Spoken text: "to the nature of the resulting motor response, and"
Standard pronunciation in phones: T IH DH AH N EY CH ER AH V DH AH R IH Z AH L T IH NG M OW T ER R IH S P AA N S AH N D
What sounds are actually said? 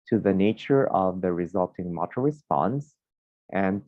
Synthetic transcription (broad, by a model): T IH DH AH N EY CH ER AH V DH AH R IH Z AH L T IH NG M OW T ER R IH S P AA N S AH N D